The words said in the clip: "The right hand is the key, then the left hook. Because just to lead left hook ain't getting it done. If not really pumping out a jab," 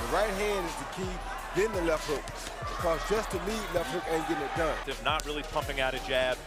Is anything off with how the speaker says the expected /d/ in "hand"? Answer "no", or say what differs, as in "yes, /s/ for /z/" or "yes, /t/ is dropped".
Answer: no